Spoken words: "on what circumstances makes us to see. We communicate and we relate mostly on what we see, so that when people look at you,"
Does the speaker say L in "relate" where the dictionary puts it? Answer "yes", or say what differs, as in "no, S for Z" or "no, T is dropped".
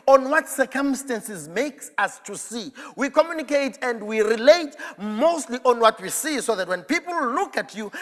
yes